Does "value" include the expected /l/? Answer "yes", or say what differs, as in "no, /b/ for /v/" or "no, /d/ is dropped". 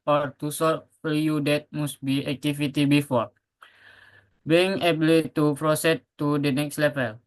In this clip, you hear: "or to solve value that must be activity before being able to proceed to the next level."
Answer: no, /l/ is dropped